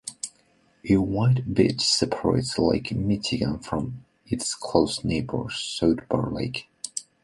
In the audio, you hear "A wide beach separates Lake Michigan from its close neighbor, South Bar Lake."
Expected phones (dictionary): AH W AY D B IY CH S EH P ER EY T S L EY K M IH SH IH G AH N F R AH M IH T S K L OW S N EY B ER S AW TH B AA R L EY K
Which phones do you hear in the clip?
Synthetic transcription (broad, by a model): AH W AY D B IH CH S EH P ER EY T S L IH K M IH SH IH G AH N F R AH M IH T S K L OW S N EY B ER S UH T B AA R L EY K